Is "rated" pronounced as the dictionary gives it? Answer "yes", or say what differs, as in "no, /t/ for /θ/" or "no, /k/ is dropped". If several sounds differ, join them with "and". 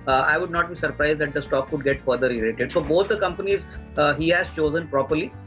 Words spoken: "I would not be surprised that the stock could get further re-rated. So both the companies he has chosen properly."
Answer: no, /l/ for /ɹ/